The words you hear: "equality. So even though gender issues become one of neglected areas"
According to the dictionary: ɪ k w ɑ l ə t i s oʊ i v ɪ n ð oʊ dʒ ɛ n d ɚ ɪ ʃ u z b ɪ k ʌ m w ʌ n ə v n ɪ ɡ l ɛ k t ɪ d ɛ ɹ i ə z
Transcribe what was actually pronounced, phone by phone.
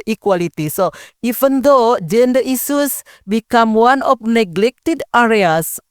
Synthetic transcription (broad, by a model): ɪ k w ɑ l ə t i s oʊ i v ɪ n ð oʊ dʒ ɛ n d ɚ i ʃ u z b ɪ k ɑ m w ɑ n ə f n ɪ ɡ l ɛ k t ɪ d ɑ ɹ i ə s